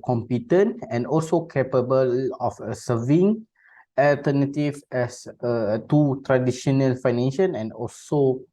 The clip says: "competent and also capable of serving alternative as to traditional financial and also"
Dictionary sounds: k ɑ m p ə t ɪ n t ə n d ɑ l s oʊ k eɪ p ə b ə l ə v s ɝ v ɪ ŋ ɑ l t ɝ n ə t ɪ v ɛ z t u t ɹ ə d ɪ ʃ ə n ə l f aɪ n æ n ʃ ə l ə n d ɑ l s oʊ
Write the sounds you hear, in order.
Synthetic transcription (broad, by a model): k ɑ m p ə t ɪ n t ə n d ɑ l s oʊ k eɪ p ə b ə l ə f s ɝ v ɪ ŋ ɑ l t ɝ n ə t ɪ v ɛ s t u t ɹ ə d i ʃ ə n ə l f aɪ n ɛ n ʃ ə n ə n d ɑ l s oʊ